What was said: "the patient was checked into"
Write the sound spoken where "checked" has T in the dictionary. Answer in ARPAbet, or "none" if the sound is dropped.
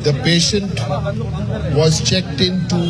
T